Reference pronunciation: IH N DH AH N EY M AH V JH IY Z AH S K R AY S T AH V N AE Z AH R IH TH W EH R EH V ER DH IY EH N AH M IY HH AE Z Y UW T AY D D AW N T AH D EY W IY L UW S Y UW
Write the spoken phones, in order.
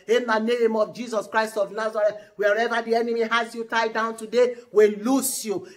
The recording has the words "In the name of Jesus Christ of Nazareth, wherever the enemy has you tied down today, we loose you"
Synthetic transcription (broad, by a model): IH N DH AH N EY M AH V JH IY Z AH S K R AY S T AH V N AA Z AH R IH T W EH R EH V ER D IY EH N AH M IY HH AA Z Y UW T AY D D AW N T AH D EY W IY L UW S Y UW